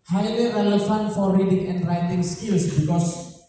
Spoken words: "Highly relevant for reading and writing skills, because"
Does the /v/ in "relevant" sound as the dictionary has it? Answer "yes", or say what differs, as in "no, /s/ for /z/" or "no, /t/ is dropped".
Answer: no, /f/ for /v/